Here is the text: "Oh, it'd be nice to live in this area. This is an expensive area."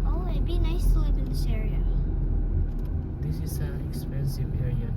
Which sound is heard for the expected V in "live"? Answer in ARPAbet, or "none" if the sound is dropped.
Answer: P